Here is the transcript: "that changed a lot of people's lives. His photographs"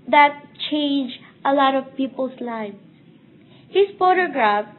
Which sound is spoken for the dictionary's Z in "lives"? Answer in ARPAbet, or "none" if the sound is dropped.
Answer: none